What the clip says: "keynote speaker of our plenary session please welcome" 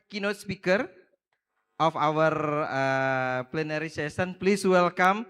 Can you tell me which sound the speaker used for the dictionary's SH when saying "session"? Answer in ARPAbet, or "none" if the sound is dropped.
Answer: S